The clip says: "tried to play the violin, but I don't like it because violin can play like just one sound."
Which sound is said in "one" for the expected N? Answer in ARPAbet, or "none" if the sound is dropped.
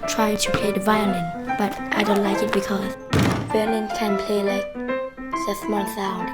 L